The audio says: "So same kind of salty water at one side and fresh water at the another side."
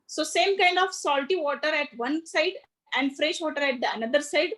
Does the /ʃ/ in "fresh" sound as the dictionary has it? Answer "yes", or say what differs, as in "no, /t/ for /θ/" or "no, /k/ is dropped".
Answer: yes